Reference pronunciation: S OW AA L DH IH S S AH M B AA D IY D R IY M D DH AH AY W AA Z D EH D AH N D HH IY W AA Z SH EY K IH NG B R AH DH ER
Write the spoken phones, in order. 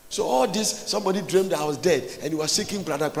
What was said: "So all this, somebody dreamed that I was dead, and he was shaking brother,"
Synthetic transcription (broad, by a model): S OW AA L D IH S S AH M B AA D IY D R IY M D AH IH W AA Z D EH D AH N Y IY W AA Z S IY K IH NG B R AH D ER